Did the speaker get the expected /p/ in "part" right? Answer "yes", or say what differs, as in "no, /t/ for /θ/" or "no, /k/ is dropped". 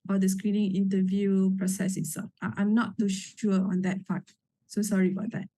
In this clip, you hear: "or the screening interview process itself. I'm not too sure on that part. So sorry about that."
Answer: no, /f/ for /p/